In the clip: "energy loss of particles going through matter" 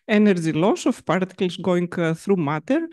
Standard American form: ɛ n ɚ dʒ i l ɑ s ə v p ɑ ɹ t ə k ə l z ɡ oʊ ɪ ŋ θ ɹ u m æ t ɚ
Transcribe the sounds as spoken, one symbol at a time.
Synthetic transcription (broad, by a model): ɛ n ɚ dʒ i l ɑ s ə f p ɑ ɹ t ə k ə l s ɡ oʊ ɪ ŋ θ ɹ u m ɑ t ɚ